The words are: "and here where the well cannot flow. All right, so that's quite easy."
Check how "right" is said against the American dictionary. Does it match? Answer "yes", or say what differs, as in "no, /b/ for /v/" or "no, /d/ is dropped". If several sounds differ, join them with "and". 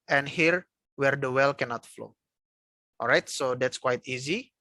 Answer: yes